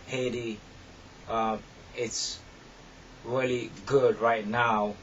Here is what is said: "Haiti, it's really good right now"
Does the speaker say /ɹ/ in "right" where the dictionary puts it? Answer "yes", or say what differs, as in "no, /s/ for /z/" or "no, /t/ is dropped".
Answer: yes